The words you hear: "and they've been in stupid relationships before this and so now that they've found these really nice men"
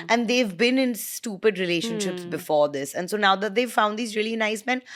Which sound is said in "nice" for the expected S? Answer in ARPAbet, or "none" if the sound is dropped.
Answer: S